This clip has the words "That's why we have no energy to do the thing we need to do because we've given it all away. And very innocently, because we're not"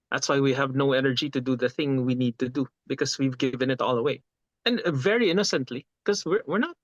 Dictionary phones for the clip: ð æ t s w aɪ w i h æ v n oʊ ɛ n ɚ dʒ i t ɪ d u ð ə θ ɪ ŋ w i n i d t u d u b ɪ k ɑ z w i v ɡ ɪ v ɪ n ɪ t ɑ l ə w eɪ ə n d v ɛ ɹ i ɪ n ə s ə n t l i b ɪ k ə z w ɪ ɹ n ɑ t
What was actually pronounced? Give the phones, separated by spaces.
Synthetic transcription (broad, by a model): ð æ t s w aɪ w i h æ v n oʊ ɛ n ɚ dʒ i t ɪ d u ð ə θ ɪ ŋ w i n i d t u d u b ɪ k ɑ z w i v ɡ ɪ v ɪ n ɪ t ɑ l ə w eɪ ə n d v ɛ ɹ i ɪ n ə s ə n t l i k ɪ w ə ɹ w ɪ ɹ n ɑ t